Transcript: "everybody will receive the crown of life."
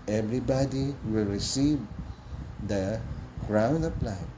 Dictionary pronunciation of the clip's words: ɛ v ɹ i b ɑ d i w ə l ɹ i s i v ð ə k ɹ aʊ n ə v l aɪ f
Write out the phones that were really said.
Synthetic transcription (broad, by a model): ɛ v ɹ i b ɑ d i w ə l ɹ i s i v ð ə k ɹ aʊ n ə p l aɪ